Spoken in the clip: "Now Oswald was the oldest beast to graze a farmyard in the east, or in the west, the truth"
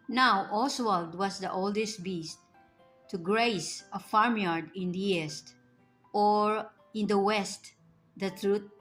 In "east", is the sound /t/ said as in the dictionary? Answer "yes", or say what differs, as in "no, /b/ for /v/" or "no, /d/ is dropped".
yes